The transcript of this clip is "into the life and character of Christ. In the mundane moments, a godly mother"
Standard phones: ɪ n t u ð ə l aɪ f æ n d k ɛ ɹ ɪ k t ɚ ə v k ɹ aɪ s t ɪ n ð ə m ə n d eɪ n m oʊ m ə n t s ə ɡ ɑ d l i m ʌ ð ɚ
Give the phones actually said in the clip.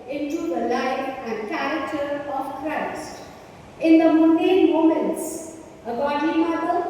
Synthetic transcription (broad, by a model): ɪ n t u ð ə l aɪ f æ n d k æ ɹ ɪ k t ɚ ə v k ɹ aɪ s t ɪ n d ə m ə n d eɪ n m oʊ m ə n t s ə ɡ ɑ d i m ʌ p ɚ